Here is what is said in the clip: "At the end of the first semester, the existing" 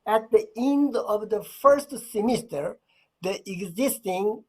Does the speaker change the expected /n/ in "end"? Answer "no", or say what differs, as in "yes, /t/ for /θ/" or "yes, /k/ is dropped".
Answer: no